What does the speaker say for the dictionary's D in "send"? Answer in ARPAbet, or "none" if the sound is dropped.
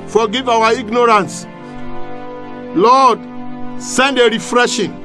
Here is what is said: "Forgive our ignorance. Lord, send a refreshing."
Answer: D